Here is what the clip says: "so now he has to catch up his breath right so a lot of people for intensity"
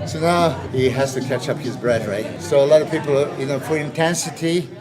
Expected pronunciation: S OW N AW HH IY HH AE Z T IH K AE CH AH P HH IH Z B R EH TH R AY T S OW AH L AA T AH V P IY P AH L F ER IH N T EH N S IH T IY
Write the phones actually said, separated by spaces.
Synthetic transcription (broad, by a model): S OW N AW HH IY HH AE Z T IH K AE CH AH P HH IH Z B R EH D R AY T S OW AH L AA T AH V P IY P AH N F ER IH N T EH N S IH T IY